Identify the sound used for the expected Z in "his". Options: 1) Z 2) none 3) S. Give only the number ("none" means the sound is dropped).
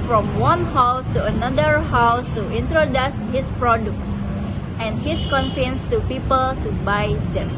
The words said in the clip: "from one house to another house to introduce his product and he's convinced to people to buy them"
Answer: 3